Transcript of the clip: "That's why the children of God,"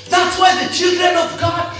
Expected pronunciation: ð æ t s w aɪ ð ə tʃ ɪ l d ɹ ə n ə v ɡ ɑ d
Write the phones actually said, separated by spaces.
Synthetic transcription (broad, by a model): ð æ t s w aɪ ð ə tʃ ɪ l d ɹ ə n ə v ɡ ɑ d